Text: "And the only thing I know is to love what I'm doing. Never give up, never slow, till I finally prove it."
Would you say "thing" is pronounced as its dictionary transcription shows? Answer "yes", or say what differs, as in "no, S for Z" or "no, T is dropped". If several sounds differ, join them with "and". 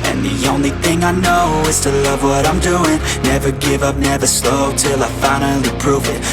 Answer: yes